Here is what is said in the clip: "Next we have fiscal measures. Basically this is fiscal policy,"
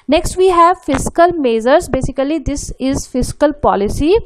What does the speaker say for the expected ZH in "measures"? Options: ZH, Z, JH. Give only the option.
Z